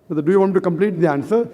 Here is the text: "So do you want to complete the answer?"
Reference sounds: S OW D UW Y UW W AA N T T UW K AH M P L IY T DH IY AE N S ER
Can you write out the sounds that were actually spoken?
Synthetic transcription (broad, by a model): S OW D UW Y UW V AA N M T UW K AH M P L IY T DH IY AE N S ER